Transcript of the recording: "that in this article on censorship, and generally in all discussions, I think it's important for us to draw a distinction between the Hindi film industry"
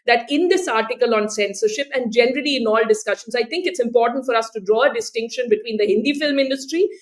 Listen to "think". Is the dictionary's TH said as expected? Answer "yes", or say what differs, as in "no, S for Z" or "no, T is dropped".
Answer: no, T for TH